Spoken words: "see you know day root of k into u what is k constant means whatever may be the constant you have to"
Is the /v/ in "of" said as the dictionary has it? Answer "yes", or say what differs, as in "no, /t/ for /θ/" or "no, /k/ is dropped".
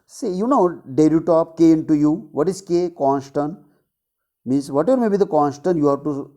no, /p/ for /v/